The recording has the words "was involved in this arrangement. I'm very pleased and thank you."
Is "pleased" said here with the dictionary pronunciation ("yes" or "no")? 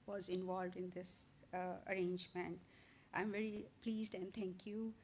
yes